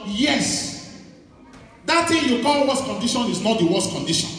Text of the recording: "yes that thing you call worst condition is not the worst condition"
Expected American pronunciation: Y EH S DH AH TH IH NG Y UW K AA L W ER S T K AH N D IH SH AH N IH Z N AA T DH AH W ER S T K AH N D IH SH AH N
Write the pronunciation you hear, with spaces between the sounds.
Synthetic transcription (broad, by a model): Y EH S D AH T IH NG Y UW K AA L W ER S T K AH N D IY SH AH N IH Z N AA T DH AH W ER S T K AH N D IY SH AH N